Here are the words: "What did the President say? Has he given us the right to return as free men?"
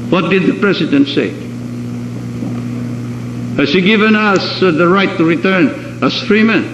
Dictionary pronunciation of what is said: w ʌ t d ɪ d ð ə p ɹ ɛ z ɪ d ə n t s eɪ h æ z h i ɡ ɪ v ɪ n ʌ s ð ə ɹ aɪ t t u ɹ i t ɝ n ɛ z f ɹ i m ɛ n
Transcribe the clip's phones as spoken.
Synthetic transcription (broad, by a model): w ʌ t d ɪ d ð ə p ɹ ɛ s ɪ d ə n t s eɪ h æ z h i ɡ ɪ v ɪ n ʌ s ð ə ɹ aɪ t t u ɹ i t ɝ n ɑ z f ɹ i m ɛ n